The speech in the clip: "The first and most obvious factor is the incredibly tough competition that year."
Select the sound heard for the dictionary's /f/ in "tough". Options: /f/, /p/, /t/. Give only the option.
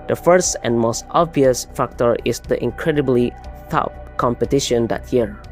/p/